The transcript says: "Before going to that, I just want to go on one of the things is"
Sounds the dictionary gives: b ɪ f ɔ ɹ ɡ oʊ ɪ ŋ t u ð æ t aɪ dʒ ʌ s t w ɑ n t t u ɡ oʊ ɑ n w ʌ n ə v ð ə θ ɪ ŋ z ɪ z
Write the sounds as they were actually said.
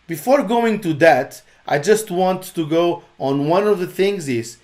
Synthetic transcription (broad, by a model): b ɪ f ɔ ɹ ɡ oʊ ɪ ŋ t u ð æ t aɪ dʒ ʌ s t w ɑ n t t u ɡ oʊ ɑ n w ʌ n ə v ð ə θ ɪ ŋ z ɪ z